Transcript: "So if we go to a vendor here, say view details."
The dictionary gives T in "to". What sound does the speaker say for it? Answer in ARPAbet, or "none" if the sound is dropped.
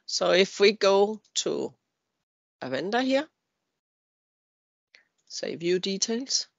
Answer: S